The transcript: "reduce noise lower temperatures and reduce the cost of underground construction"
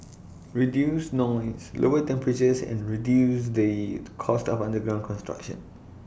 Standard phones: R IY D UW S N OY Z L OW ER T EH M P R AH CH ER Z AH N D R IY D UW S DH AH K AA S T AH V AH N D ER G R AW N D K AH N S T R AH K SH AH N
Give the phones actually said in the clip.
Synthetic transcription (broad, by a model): R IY D UW S N OY S L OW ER T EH M P R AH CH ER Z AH N R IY D UW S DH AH K AA S T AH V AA N D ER G R AW N K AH N S T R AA K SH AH N